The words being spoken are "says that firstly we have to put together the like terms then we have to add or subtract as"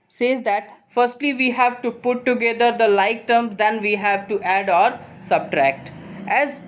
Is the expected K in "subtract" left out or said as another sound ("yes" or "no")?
no